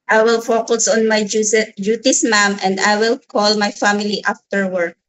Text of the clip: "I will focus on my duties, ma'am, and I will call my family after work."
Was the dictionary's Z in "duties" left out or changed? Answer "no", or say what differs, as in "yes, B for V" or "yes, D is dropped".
yes, S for Z